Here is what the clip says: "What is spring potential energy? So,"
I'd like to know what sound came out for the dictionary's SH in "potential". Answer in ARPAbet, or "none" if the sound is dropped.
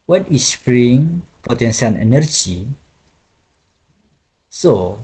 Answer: S